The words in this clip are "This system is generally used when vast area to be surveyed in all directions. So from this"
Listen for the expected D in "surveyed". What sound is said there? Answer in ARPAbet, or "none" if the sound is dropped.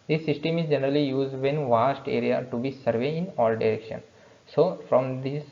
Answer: none